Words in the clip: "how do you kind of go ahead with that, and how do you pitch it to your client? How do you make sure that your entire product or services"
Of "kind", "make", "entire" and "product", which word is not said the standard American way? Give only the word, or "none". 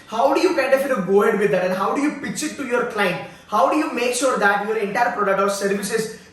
none